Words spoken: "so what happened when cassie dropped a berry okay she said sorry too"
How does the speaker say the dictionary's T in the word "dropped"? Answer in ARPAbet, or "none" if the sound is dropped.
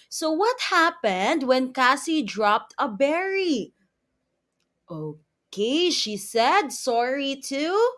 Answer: T